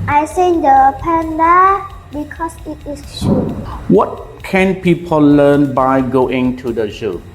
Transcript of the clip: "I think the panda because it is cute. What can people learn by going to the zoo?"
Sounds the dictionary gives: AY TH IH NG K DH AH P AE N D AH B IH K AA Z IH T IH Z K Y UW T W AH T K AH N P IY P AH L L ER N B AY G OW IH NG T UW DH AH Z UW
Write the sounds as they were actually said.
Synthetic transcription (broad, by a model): AY S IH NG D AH P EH N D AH B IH K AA S IH T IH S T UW W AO T K AH N P IY P AH L L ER N B AY G OW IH NG T UW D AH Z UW